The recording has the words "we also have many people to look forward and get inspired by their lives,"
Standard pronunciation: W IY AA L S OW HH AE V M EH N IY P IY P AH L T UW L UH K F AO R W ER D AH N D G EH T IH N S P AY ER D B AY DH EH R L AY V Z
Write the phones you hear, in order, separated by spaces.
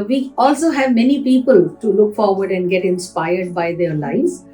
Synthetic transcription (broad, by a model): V IY AA L S OW HH AE V M EH N IY P IY P AH L T UW L UH K F AO R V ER D AH N D G EH T IH N S P AY ER D B AY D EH R L AY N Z